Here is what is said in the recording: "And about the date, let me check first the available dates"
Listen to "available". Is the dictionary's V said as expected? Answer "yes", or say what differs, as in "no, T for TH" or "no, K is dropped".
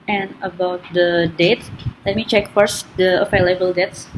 no, F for V